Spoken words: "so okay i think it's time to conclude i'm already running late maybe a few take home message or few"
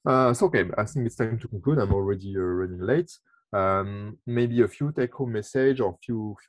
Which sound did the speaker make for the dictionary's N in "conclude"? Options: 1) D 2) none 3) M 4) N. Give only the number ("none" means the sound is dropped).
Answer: 2